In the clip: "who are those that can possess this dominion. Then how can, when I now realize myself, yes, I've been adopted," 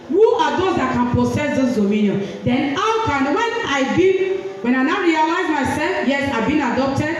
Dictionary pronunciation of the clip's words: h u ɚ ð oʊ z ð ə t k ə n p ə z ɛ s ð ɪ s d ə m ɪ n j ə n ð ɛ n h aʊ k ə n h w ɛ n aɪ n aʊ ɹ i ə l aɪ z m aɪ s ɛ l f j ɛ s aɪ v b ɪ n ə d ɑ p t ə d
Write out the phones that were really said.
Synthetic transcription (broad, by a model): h u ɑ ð oʊ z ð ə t k ə n p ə s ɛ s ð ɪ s d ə m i n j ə n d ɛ n h aʊ k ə n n w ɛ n aɪ n aʊ ɹ i ə l aɪ z m aɪ s ɛ l f j ɛ s aɪ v b ɪ n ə d ɑ p t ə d